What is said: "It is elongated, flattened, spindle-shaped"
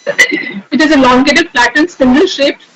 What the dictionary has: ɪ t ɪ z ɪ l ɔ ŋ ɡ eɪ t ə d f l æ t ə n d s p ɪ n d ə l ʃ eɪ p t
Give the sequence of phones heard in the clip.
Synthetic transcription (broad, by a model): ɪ t ɪ z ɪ l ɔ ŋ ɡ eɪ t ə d p l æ t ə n s ɪ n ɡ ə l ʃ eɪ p